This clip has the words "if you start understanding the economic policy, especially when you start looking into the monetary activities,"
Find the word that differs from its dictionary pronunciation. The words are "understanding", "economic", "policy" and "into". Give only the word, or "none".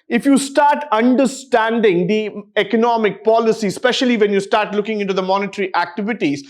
none